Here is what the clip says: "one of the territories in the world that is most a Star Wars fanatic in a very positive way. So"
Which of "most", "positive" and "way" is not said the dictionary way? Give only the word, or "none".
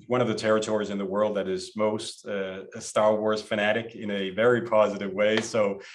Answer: none